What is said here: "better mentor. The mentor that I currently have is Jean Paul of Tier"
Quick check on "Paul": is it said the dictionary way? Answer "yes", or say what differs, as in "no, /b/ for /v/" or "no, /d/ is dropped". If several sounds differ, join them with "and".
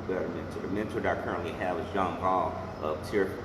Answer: no, /b/ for /p/